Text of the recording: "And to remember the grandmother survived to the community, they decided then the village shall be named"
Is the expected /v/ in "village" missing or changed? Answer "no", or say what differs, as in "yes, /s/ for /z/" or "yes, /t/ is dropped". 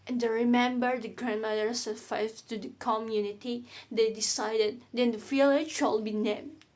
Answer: yes, /f/ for /v/